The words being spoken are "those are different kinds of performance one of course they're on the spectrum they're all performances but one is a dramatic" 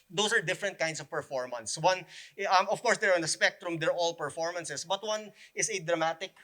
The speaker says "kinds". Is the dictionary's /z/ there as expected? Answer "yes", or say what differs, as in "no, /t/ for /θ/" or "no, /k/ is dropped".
no, /s/ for /z/